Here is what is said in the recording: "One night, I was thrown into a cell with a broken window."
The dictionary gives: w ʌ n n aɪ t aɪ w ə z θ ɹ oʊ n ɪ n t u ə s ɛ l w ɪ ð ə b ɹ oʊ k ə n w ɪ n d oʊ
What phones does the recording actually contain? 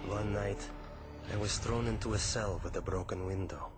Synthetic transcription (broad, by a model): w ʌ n n aɪ t aɪ w ə z θ ɹ oʊ n ɪ n t u ə s ɛ l w ɪ ð ə b ɹ oʊ k ə n w ɪ n d oʊ